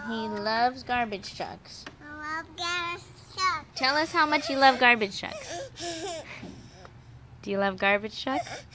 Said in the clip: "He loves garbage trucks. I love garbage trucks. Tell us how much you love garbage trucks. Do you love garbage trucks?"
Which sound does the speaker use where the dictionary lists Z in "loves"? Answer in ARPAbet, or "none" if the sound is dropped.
Z